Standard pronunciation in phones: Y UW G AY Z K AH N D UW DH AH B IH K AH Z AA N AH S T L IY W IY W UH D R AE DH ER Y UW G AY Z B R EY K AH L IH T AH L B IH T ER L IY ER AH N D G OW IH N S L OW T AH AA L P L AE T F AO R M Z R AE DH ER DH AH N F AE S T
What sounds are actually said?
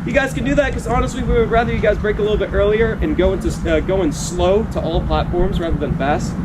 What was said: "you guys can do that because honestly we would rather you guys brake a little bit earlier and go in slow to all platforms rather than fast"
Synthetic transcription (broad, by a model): Y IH G AY Z K AH N D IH DH AH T K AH Z AA N AH S T L IY W IY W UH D R AE DH ER Y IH G AY Z B R EY K AH L IH T L B IH T ER L IY ER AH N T G OW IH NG S L OW T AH AA L P L AE T F AO R M Z R AE DH ER DH AH N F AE S T